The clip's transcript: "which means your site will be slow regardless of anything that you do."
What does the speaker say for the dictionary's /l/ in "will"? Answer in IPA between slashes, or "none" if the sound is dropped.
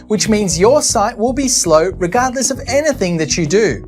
/l/